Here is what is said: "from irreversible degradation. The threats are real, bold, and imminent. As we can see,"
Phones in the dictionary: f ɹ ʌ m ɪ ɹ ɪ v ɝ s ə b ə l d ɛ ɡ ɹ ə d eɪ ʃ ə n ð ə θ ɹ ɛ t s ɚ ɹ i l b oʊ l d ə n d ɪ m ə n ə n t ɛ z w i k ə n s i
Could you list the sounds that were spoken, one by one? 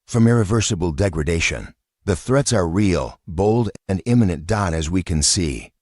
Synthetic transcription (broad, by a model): f ɹ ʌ m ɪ ɹ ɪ v ɝ s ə b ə l d ɛ ɡ ɹ ə d eɪ ʃ ə n ð ə θ ɹ ɛ t s ɚ ɹ i l b oʊ l d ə n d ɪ m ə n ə n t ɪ z w i k ə n s i